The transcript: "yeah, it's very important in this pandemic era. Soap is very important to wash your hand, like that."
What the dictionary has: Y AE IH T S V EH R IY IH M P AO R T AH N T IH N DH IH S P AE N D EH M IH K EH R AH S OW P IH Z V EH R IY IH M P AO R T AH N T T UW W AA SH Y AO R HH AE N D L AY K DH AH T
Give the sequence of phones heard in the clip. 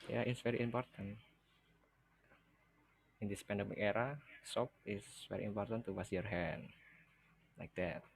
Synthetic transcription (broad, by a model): Y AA IH T S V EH R IY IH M P AO R T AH N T IH N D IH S P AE N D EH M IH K EH R AH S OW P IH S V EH R IY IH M P AO R T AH N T T UW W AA S Y AO R HH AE N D L AY K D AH T